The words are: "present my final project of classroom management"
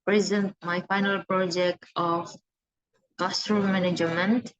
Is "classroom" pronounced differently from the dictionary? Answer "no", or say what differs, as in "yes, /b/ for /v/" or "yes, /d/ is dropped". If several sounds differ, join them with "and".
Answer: yes, /l/ is dropped